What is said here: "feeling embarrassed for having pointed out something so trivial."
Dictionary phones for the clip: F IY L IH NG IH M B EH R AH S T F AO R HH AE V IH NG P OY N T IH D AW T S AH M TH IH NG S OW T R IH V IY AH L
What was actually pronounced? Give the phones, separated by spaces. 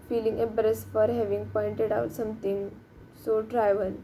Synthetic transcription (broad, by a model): F IY L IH NG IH B R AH S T F AO R HH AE V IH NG P OY N T IH D AW T S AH M T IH NG S OW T R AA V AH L